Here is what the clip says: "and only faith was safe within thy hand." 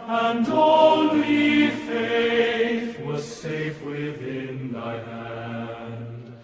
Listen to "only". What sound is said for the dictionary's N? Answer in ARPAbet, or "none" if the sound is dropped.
L